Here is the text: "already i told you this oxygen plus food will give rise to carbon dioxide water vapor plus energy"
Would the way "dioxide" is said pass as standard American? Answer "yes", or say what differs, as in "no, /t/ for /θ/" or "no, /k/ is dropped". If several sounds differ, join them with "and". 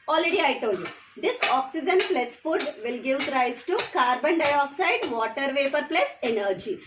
yes